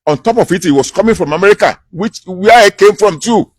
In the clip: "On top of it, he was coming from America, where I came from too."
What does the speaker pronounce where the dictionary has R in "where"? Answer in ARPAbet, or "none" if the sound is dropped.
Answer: W